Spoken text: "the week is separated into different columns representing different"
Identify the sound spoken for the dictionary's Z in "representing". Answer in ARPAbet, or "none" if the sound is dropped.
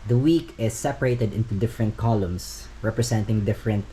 S